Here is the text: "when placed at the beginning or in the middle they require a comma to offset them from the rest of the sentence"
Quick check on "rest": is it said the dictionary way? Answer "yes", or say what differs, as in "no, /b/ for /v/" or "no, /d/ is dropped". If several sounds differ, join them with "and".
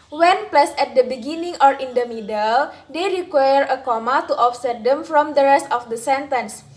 yes